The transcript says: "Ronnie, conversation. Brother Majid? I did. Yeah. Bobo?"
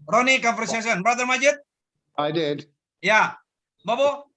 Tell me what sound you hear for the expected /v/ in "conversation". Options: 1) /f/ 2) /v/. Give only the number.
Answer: 1